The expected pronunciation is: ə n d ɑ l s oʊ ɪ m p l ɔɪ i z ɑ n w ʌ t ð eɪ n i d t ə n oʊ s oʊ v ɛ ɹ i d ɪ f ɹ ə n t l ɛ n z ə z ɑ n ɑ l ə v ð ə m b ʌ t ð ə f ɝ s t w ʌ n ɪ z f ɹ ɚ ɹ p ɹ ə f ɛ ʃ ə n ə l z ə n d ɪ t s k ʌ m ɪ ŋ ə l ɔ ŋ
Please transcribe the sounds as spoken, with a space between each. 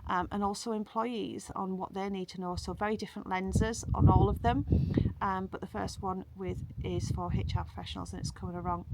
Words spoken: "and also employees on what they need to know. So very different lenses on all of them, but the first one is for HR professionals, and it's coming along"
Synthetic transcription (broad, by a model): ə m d ɑ l s oʊ ɪ m p l ɔɪ i z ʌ n w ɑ t ð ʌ n i d t ə n oʊ s oʊ v ɛ ɹ i d ɪ f ɹ ə n t l ɛ n z ə z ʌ n ɑ l ə v ð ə m b ʌ t ð ə f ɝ s t w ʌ n ɪ z f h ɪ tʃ p ɹ ə f ɛ ʃ ə n ə l z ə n ɪ t s k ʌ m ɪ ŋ ə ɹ ɔ ŋ